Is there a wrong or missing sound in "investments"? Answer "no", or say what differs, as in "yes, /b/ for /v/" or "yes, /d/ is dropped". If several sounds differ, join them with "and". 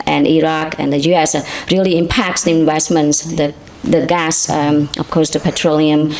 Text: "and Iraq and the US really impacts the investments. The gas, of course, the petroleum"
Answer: yes, /w/ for /v/